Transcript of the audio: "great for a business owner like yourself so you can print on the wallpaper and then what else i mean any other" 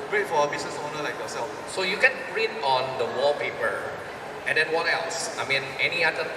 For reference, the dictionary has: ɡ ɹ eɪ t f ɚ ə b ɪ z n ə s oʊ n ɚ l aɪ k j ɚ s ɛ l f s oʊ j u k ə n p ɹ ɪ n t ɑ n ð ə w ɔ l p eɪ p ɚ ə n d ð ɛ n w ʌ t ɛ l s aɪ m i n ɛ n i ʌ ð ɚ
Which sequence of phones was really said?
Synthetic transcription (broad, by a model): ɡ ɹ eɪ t f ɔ ə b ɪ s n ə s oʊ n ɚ l aɪ k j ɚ s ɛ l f s oʊ j u k ə n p ɹ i t ɑ n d ə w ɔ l p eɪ p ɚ ə n d ɛ n w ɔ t ɛ l s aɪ m i n ɛ n i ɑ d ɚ